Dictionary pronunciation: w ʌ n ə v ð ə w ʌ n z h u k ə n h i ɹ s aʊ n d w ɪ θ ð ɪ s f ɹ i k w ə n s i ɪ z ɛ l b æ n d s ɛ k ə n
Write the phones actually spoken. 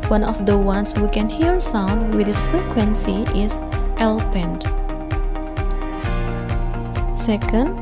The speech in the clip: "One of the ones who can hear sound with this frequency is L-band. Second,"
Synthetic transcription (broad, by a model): w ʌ n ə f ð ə w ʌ n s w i k ə n h i ɹ s aʊ n d w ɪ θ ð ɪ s f ɹ i k w ə n s i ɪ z ɛ l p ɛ n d s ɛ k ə n